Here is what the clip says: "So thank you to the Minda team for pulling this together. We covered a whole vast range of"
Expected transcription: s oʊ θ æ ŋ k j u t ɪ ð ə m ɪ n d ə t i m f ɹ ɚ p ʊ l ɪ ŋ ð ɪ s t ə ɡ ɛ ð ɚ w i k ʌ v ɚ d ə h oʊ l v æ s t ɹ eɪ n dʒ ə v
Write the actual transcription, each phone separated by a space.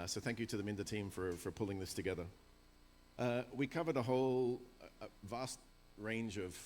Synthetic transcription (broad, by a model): s oʊ θ æ ŋ k j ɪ t ɪ ð ə m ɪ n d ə t i m f ɹ ɚ p ʊ l ɪ ŋ ð ɪ s t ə ɡ ɛ ð ɚ w i k ʌ v ɚ d ə h oʊ l v æ s t ɹ eɪ n dʒ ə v